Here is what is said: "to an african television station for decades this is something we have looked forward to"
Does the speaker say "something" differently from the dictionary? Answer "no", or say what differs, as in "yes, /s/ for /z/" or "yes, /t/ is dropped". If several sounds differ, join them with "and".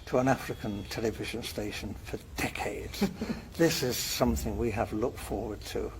no